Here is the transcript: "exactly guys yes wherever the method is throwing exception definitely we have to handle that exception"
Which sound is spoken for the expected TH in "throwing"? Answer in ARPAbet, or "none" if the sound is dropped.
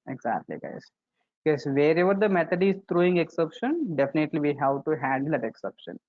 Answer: T